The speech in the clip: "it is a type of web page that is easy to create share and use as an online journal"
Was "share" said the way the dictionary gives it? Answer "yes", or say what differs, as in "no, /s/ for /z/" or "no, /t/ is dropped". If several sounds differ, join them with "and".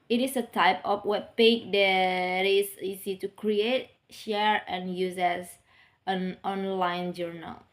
yes